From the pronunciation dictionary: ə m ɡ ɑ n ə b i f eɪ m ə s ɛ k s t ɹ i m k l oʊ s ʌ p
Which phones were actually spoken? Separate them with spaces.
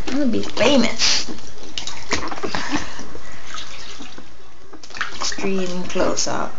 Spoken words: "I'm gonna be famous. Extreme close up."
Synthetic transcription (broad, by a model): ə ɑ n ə b i f eɪ m ə s ɛ k s t ɹ i m k l oʊ s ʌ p